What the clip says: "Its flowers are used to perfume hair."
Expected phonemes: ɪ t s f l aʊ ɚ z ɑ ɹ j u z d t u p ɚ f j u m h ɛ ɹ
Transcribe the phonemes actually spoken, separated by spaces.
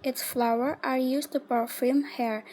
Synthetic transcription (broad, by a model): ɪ t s f l aʊ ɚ ɑ ɹ j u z t u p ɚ f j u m h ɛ ɹ